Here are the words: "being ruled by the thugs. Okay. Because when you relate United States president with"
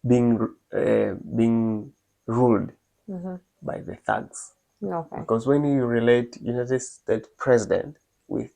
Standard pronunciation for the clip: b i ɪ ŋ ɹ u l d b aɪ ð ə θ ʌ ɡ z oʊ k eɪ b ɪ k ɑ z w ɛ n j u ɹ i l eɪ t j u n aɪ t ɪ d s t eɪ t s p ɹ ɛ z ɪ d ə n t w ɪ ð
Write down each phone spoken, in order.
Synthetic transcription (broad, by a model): b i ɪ ŋ ɹ u l d b aɪ ð ə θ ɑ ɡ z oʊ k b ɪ k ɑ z w ɛ n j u ɹ i l eɪ t j u n aɪ t ɪ d s t eɪ t s p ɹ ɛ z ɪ d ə n t w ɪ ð